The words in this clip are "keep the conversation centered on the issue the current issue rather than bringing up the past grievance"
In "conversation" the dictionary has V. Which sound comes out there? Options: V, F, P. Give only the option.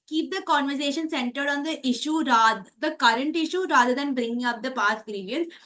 V